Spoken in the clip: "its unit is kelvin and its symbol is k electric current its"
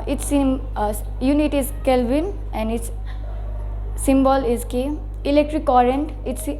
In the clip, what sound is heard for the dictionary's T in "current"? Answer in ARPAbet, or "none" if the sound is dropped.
T